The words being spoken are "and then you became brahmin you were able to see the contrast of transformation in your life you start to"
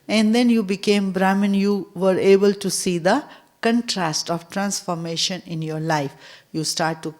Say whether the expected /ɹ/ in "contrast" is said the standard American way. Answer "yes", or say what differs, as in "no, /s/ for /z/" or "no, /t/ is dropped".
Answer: yes